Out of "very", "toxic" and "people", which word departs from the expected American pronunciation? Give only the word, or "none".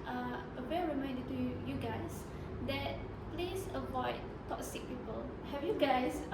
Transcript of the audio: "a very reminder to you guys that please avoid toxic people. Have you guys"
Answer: very